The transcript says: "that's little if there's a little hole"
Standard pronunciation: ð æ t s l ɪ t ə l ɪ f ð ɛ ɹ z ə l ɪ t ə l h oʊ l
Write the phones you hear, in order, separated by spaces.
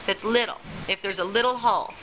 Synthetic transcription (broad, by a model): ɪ t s l ɪ t l ɪ f ð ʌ ɹ z ə l ɪ t l h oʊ l